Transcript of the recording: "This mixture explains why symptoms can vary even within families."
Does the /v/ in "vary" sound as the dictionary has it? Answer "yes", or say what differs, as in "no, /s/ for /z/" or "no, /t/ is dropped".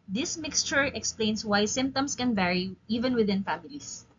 yes